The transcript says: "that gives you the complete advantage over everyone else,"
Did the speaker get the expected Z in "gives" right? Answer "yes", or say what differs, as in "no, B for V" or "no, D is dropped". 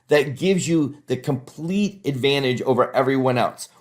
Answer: yes